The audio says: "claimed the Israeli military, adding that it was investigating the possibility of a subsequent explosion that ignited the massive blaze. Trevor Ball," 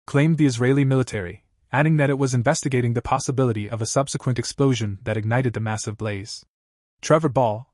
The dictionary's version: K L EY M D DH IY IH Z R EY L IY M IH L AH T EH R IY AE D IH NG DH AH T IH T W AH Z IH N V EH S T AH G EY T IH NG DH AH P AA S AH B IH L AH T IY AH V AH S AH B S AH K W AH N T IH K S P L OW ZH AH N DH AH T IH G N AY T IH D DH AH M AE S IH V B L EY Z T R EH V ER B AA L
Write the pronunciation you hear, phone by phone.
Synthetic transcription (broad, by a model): K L EY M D DH IY IH Z R EY L IY M IH L AH T EH R IY AE D IH NG DH AH T IH T W AH Z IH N V EH S T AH G EY T IH NG DH AH P AA S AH B IH L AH T IY AH V AH S AH B S AH K W AH N T IH K S P L OW ZH AH N DH AH T IH G N AY T IH D DH AH M AE S IH V B L EY Z T R EH V ER B AA L